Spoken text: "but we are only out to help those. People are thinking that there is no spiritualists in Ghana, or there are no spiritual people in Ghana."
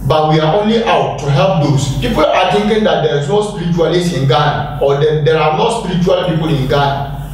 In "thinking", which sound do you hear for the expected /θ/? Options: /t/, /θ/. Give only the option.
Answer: /t/